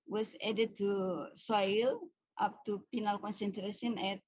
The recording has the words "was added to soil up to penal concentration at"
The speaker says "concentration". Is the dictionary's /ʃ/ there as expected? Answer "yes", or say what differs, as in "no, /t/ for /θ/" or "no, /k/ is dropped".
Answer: no, /s/ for /ʃ/